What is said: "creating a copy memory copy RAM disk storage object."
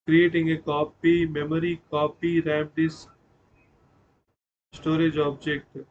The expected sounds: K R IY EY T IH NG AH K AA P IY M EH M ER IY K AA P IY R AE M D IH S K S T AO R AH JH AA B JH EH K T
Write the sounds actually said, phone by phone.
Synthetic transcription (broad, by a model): K R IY EY T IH NG AH K AA P IY M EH M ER IY K AA P IY R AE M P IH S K S T AO R AH JH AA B JH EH K T